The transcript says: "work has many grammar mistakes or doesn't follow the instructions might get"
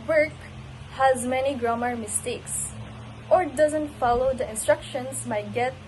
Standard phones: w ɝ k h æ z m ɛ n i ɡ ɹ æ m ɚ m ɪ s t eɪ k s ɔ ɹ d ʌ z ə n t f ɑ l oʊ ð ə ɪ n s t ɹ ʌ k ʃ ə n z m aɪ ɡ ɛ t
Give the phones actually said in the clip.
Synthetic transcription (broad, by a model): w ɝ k h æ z m ɛ n i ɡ ɹ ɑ m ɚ m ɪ s t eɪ k s ɔ ɹ d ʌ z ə n t f ɑ l oʊ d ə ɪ n s t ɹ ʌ k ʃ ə n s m aɪ ɡ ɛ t